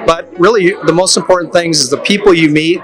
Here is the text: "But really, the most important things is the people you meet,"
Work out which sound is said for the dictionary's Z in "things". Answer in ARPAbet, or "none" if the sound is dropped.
Z